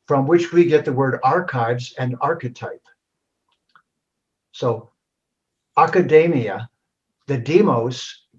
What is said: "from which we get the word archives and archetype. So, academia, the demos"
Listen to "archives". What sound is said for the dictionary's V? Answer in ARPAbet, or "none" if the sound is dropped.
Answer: V